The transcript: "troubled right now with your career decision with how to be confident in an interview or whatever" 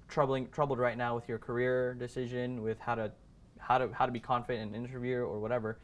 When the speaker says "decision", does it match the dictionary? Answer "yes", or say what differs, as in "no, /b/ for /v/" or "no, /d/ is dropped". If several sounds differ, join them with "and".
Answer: yes